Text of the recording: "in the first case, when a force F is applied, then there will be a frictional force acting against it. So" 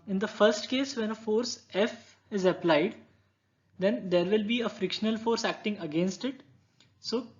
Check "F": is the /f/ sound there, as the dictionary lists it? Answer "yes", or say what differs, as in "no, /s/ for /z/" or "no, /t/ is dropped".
yes